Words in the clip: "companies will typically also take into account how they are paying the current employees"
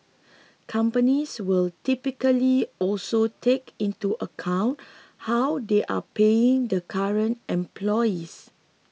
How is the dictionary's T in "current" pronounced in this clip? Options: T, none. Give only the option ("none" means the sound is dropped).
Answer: T